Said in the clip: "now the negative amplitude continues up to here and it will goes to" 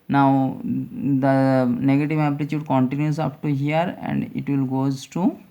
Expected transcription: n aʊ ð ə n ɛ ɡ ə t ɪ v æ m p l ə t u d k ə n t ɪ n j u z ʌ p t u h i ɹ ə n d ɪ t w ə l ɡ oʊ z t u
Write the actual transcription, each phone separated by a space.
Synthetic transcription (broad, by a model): n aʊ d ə n ɛ ɡ ə t ɪ v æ p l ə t u d k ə n t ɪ n j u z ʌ p t u h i ɹ ə n d ɪ t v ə l ɡ oʊ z t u